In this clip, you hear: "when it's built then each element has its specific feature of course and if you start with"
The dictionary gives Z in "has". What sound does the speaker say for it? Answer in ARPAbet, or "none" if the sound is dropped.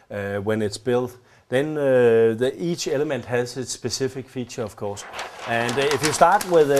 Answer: S